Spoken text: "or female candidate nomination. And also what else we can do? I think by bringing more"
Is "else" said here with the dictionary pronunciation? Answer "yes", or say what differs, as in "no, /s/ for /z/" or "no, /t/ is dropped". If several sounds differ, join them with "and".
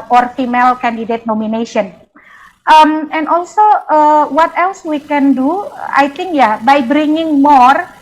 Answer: yes